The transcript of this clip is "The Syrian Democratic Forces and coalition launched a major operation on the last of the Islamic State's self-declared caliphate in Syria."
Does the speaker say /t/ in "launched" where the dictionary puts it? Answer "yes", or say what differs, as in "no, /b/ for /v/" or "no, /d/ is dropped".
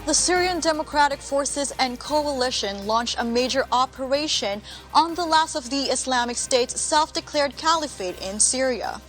yes